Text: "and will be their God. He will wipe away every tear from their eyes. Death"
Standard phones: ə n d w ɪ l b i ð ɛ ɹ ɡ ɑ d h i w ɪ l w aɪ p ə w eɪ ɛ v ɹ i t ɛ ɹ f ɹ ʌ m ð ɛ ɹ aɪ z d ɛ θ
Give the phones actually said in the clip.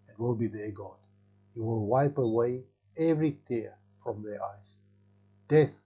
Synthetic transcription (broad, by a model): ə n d w ɪ l b i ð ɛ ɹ ɡ ɑ d h i w ɪ l w aɪ p ə w eɪ ɛ v ɹ i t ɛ f ɹ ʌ m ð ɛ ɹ aɪ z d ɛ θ